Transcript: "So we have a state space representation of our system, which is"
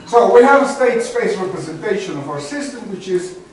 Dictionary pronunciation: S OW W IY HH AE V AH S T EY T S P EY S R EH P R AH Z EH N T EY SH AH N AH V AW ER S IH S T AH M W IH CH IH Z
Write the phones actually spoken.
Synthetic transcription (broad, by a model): S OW W IY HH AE V AH S T EY T S P EY S R EH P R AH Z EH N T EY SH AH N AH V AW ER S IH S T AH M W IH CH IH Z